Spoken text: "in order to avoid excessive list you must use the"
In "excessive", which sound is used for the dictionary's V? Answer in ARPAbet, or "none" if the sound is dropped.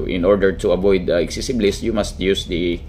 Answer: B